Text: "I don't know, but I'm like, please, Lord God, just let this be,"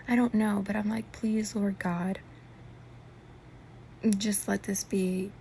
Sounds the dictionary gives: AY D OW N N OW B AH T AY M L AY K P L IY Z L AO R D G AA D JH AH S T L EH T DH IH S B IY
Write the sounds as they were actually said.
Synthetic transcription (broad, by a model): AY D OW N N OW B AH T AY M L AY K P L IY Z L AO R G AA D JH AH S T L EH T DH IH S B IY